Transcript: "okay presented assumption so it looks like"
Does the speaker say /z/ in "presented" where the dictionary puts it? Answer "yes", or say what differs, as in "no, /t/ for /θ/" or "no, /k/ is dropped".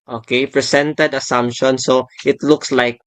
no, /s/ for /z/